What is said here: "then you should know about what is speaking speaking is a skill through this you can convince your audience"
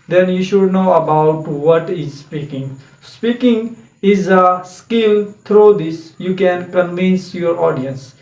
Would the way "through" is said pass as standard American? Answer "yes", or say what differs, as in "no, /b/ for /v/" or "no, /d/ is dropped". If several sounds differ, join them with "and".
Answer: no, /t/ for /θ/